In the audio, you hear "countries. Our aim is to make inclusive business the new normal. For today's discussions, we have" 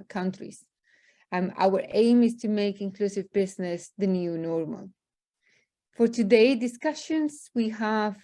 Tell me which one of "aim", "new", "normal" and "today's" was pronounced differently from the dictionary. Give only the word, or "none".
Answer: today's